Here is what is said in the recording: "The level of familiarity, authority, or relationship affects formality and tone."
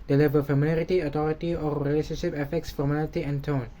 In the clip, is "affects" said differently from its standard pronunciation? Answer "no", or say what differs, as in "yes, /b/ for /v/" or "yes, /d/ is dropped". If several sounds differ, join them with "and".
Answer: no